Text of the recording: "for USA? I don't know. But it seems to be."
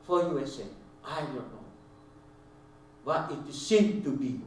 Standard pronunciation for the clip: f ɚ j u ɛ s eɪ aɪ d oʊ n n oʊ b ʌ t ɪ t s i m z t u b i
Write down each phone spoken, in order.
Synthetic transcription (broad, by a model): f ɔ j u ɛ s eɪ aɪ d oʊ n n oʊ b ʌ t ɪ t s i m t u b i